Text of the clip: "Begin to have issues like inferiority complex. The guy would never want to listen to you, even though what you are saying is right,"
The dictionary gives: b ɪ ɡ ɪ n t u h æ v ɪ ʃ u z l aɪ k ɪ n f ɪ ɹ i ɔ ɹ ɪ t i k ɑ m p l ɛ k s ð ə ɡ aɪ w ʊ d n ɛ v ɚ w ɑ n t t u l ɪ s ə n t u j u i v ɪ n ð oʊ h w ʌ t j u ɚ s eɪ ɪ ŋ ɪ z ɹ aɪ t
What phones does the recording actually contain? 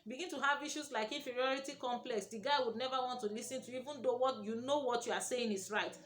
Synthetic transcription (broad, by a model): b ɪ ɡ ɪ n t u h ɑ v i ʃ u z l aɪ k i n f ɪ ɹ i ɔ ɹ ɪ t i k ɑ m p l ɛ k s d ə ɡ aɪ w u d n ɛ v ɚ w ɑ n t t u l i s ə n t u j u i v ɪ n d oʊ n w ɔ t j u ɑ s eɪ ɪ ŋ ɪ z ɹ aɪ t